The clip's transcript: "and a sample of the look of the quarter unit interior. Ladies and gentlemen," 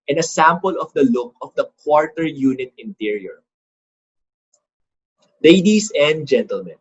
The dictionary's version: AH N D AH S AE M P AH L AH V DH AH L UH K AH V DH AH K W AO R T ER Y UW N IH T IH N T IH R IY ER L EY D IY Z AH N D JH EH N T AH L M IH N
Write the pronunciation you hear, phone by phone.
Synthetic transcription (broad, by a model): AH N AH S AE M P AH L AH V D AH L UH K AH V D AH K W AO R T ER Y UW N IH T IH N T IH R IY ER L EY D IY S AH N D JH EH N T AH L M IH N